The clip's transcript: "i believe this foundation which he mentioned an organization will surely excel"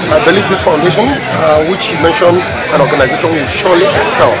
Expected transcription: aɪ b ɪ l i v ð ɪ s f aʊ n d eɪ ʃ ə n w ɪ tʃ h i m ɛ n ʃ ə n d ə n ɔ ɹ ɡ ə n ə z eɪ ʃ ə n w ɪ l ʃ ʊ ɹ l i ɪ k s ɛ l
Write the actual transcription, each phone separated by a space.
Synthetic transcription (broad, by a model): aɪ b ɪ l i v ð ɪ s f aʊ n d eɪ ʃ ə n w ɪ tʃ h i m ɛ n ʃ ə n d ə n ɔ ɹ ɡ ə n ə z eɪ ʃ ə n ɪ n ʃ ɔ l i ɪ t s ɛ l